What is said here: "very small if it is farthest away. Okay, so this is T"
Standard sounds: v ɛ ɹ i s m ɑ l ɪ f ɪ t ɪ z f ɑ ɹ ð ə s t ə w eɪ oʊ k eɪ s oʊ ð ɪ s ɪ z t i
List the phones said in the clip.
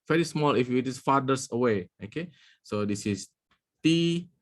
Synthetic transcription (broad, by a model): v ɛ ɹ i s m ɑ l ɪ f ɪ t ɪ s f ɑ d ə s ə w eɪ oʊ k eɪ s oʊ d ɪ s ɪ s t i